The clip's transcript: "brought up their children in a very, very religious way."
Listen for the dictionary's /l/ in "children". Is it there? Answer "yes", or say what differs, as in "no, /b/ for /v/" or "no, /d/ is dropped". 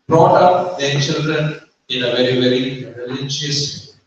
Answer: yes